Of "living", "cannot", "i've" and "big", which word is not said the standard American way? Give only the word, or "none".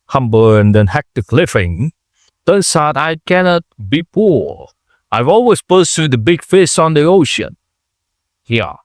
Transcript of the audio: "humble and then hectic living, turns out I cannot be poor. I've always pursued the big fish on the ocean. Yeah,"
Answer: living